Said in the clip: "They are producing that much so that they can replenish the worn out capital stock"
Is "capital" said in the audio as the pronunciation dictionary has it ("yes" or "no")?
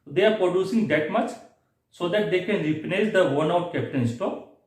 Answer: no